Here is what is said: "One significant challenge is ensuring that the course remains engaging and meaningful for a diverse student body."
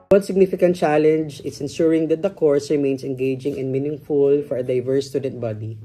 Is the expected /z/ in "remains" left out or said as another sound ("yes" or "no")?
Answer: yes